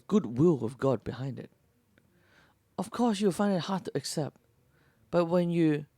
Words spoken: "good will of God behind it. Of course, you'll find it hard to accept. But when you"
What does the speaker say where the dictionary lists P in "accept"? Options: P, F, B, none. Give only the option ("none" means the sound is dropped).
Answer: P